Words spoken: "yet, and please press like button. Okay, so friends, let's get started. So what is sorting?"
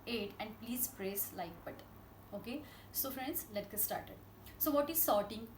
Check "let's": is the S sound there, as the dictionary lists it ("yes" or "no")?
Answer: no